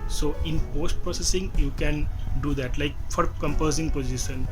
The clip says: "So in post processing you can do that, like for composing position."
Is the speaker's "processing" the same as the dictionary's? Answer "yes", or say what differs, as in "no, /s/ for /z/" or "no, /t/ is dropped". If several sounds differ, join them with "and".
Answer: yes